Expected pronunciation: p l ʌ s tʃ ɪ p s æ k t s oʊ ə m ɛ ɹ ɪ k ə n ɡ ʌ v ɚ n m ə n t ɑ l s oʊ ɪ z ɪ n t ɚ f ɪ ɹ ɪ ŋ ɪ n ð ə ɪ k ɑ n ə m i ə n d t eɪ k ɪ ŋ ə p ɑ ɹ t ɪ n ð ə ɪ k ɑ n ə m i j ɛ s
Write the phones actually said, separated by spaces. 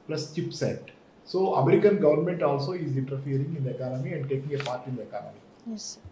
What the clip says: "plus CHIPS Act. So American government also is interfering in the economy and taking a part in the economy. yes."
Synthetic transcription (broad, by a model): p l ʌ s tʃ ɪ p s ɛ t s oʊ ə m ɛ ɹ ɪ k ə n ɡ ʌ v ɚ n m ə n t ɑ l s oʊ ɪ z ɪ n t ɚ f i ɹ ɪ ŋ ɪ n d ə ɪ k ɑ n ə m i ə n d t eɪ k ɪ ŋ ə p ɑ ɹ t ɪ n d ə ɪ k ɑ n ə m i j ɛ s